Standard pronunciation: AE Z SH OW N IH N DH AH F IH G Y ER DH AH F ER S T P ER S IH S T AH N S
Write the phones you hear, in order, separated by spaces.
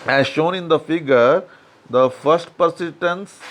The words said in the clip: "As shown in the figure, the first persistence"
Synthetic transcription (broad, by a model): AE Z SH OW N IH N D AH F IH G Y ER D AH F ER S T P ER S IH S T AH N S